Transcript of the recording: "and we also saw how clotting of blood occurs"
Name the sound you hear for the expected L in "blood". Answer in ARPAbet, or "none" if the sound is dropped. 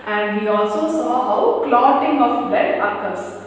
none